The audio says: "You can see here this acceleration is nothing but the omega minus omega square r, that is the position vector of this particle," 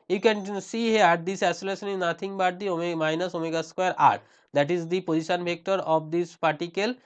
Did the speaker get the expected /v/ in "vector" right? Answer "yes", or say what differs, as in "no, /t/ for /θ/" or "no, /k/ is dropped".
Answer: no, /b/ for /v/